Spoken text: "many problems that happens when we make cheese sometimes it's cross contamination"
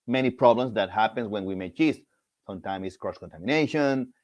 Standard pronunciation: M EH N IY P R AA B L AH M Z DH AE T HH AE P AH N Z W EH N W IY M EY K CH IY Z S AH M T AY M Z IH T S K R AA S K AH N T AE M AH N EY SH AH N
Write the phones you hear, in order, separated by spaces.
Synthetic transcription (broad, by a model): M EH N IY P R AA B L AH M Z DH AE T HH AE P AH N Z W EH N W IY M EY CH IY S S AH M T AY M IH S K R AA S K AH N T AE M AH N EY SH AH N